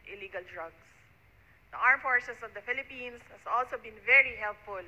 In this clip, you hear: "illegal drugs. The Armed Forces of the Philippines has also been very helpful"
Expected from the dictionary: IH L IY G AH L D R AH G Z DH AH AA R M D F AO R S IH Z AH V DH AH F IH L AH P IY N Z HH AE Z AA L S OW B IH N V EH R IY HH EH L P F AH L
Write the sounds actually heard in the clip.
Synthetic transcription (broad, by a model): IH L IY G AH L D R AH G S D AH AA R M F AO R S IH S AH V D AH F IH L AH P IY N S HH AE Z AA L S OW B IH N V EH R IY HH EH L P F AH L